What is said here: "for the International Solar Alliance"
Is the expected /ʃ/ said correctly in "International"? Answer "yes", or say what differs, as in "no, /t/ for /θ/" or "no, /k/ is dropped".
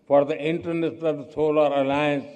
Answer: no, /s/ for /ʃ/